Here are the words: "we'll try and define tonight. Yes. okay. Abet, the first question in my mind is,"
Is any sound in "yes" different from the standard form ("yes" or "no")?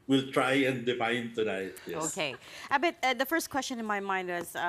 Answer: yes